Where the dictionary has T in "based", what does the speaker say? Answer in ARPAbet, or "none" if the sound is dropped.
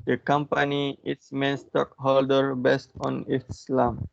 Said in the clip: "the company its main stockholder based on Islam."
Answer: T